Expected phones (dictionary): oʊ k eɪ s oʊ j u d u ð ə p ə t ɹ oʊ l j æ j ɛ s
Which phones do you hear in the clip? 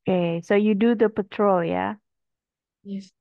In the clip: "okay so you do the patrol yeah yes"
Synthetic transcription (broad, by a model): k eɪ s oʊ j u d u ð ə p ə t ɹ oʊ l j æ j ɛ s